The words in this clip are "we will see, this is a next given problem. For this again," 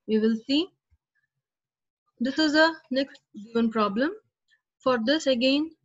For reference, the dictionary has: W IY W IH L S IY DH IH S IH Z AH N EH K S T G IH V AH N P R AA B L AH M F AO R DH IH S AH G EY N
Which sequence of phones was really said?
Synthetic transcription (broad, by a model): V IY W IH L S IY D IH S IH Z AH N EH K S T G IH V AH N P R AA B L AH M F AO R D IH S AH G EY N